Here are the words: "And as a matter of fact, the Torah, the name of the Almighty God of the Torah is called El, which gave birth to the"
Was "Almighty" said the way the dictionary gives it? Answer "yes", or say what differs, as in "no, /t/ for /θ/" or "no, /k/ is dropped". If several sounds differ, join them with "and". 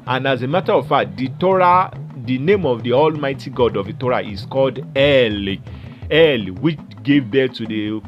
yes